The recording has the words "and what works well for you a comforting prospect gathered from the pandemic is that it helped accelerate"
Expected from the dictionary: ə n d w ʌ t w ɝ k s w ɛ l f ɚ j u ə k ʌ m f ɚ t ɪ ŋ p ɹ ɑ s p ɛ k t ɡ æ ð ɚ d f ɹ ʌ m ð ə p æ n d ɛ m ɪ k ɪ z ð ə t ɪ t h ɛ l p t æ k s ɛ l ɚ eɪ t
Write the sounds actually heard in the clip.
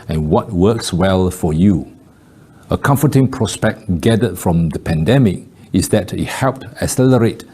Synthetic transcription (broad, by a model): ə n w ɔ t w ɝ k s w ɛ l f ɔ j u ə k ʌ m f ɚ t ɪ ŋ p ɹ ɑ s p ɛ k t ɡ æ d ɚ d f ɹ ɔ m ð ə p æ n d ɛ m ɪ k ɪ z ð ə t ɪ t h ɛ l p t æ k s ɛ l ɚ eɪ t